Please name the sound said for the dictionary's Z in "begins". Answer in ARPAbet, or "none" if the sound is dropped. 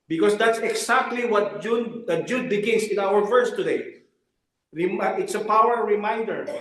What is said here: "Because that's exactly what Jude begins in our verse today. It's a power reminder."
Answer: S